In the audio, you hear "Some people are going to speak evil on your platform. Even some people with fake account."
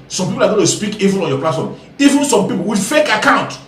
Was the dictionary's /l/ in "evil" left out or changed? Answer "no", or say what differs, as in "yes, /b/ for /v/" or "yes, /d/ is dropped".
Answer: yes, /n/ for /l/